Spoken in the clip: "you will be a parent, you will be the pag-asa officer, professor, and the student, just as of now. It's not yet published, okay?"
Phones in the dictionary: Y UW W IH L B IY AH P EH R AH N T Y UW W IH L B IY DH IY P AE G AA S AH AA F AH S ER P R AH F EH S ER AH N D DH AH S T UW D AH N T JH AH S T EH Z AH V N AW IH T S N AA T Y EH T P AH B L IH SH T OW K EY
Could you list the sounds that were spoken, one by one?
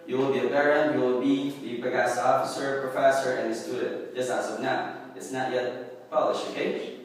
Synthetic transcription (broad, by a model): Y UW W IH L B IY AH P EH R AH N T Y UW W IH L B IY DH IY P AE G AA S AA F AH S ER P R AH F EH S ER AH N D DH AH S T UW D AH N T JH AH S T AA S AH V N AW IH T S N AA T Y EH T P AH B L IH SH OW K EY